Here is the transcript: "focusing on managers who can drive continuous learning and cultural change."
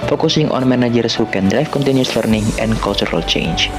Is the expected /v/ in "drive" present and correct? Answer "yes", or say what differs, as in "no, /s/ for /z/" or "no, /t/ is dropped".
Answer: no, /f/ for /v/